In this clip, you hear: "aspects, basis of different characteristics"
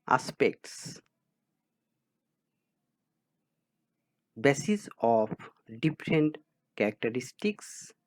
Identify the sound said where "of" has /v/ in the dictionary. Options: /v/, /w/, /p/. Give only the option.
/p/